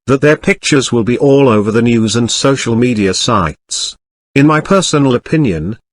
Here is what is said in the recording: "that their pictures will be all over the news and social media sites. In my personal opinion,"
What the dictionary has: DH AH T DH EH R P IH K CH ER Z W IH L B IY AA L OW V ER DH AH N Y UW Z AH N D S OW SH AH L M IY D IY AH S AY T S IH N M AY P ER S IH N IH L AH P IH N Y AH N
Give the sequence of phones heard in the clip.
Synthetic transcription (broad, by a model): DH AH T DH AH R P IH K CH ER Z W IH L B IY AA L OW V ER DH AH N Y UW Z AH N S OW SH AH L M IY D IY AH S AY T S IH N M AY P ER S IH N L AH P IH N Y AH N